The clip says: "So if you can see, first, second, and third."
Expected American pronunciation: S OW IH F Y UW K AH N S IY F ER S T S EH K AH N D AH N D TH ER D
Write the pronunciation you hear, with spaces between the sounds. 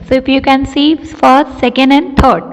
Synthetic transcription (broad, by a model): S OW IH F Y UW K AH N S IY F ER T S EH K AH N D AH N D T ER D